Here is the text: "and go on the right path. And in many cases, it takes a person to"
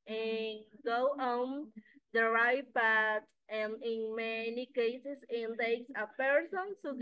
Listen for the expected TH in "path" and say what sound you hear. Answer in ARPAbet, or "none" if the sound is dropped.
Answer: T